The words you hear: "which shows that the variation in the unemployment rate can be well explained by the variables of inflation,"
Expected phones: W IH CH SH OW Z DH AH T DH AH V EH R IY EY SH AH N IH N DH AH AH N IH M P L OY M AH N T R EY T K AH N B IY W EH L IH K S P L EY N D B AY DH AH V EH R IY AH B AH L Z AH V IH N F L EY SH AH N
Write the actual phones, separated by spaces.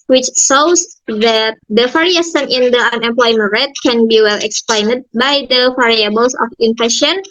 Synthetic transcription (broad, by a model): W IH CH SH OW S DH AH T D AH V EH R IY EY S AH N IH N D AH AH N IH M P L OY M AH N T R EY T K AH N B IY W EH L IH K S P L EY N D B AY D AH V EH R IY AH B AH L S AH F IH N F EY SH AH N